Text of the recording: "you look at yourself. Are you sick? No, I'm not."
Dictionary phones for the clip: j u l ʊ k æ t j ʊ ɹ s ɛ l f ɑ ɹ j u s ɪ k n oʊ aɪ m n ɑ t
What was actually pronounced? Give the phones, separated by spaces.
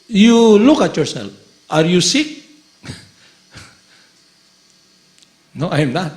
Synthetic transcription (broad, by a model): j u l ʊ k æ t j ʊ ɹ s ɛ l ɑ ɹ j u s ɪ k n oʊ aɪ m n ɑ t